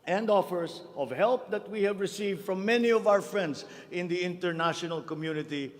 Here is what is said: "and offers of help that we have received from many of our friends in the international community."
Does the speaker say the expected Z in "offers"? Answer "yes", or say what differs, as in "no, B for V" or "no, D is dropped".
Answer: no, S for Z